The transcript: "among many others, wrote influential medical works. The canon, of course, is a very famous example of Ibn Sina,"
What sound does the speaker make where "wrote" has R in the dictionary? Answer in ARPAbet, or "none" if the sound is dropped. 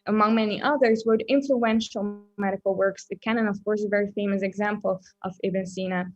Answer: W